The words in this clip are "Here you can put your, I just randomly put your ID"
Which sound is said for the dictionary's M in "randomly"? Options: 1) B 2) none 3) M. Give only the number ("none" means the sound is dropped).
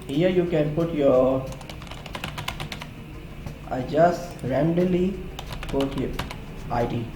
2